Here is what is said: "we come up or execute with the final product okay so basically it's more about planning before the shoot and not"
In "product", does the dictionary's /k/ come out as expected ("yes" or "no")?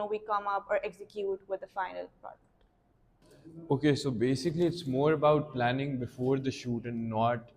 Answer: no